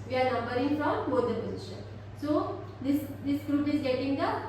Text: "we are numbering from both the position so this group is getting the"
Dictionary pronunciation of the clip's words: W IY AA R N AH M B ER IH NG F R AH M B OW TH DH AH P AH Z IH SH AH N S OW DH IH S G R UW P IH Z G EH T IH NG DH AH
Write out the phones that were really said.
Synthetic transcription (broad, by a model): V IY AA R N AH M B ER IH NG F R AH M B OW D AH P AH Z IH SH AH N S OW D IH S G R UW P IH Z G EH T IH NG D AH